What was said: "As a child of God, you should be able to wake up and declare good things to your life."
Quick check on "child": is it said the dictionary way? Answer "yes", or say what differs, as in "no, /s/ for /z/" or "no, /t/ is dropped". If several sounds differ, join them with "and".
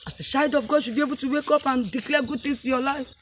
no, /ʃ/ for /tʃ/ and /l/ is dropped